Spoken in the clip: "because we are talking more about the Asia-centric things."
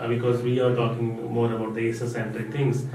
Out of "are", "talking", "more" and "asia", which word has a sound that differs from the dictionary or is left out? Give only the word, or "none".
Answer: asia